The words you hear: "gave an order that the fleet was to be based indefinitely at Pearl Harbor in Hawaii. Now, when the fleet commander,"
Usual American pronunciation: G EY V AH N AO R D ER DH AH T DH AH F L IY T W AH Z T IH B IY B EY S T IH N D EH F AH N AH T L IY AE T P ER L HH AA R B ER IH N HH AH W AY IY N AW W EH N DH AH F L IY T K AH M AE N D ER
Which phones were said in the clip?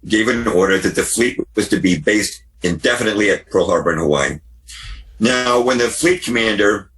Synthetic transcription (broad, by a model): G EY V AH N AO R D ER DH AH T DH AH F L IY T W AH Z T IH B IY B EY S T IH N D EH F AH N AH T L IY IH T P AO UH HH AA R B ER IH N HH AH W AY N AW W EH N DH AH F L IY T K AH M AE N D ER